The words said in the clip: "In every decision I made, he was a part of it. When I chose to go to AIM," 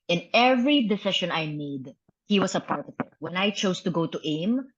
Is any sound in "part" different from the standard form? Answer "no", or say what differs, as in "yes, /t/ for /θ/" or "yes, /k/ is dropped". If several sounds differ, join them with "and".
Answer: no